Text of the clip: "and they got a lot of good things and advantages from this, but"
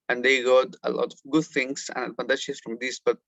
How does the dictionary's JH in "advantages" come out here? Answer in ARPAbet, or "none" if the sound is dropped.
SH